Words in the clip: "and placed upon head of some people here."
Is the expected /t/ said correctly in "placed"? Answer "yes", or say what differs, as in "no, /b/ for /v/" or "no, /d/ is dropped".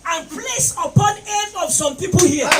no, /t/ is dropped